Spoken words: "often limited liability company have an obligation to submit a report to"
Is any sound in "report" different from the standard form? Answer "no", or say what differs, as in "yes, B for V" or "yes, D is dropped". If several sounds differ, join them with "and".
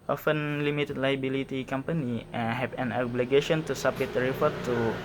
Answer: yes, F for P